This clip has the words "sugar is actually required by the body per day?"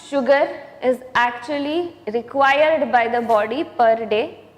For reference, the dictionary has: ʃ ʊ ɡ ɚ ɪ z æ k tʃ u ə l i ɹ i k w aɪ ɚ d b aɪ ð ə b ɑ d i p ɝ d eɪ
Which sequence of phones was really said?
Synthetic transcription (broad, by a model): ʃ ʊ ɡ ɚ ɪ z æ k tʃ u ə l i ɹ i k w aɪ ɚ d b aɪ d ə b ɑ d i p ɝ d eɪ